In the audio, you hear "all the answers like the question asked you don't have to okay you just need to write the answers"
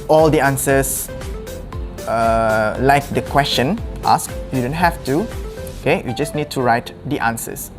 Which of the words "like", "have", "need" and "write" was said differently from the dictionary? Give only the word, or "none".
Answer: have